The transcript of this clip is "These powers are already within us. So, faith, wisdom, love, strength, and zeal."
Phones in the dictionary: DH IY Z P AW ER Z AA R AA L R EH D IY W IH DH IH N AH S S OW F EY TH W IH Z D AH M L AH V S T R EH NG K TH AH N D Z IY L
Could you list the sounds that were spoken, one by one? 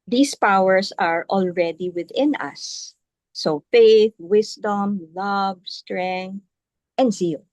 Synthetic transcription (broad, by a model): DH IY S P AW ER S AA R AA L R EH D IY W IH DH IH N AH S S OW F EY TH W IH S D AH M L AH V S T R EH NG K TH AH N D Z IY L